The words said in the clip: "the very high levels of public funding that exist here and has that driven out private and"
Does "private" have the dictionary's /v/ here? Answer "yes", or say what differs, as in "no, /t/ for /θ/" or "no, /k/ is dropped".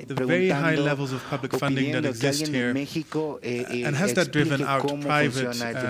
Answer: yes